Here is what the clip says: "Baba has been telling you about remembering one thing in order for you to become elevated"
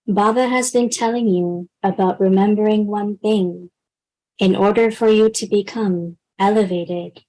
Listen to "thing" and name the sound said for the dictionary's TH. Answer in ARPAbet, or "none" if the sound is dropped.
TH